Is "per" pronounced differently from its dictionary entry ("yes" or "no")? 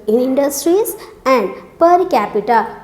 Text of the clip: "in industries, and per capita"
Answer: no